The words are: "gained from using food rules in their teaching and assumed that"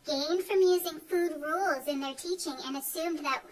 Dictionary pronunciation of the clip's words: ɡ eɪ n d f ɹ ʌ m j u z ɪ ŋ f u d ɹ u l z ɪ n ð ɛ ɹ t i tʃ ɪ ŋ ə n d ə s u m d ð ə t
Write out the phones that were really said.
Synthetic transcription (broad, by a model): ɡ eɪ n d f ɹ ʌ m j u z ɪ ŋ f u d ɹ u l z ɪ n ð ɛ ɹ t i tʃ ɪ ŋ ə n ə s u m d ð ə t